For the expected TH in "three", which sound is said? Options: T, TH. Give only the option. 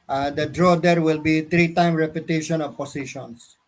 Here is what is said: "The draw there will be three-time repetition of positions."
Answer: T